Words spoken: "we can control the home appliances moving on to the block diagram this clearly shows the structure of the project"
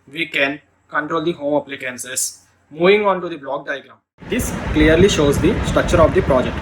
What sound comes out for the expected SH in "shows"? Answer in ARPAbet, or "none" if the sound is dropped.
SH